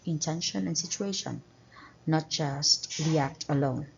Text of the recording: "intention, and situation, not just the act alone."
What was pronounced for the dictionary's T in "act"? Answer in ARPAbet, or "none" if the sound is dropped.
T